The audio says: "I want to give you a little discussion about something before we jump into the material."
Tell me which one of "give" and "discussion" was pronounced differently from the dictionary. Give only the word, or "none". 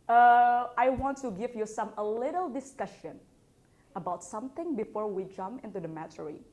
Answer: none